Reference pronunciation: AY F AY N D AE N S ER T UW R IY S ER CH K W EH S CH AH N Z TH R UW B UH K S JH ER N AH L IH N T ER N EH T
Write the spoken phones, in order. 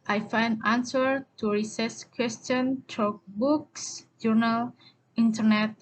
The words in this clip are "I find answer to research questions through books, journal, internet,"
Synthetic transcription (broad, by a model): AY F AY N D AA N S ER T UW R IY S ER S K W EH S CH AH N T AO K B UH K S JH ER N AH L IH N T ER N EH T